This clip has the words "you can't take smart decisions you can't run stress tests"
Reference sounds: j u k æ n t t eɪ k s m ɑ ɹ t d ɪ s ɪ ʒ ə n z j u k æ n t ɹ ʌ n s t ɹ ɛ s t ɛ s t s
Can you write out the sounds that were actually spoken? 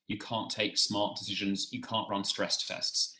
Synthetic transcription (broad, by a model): j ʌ k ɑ n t t eɪ k s m ɑ t d ɪ s ɪ ʒ ə n z j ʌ k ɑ n t ɹ ʌ n s t ɹ ɛ s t ɛ s t s